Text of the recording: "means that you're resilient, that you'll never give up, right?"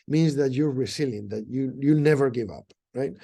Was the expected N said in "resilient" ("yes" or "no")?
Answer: no